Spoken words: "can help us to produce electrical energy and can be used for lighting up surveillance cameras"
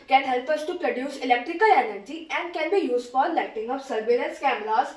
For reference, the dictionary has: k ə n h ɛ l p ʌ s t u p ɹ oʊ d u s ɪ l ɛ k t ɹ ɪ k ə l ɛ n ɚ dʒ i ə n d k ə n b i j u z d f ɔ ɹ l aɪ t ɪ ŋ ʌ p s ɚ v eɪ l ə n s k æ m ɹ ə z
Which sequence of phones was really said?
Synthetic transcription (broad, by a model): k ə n h ɛ l p ʌ s t u p ɹ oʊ d u s ɪ l ɛ k t ɹ ɪ k ə l ɛ n ɚ dʒ i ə n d k ə n b i j u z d f ɔ ɹ l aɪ t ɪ ŋ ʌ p s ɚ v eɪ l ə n s k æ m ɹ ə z